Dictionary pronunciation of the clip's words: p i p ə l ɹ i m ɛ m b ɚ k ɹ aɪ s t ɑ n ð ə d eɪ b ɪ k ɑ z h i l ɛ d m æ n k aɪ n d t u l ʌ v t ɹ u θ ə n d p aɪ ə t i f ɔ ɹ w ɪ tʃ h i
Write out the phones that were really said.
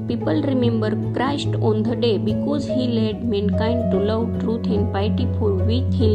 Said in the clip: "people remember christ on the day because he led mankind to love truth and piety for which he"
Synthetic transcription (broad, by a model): p i p ə l ɹ i m ɛ m b ɚ k ɹ aɪ s t ɑ n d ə d eɪ b ɪ k ɑ z h i l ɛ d m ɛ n k aɪ n d t u l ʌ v t ɹ u t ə n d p aɪ t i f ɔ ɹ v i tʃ h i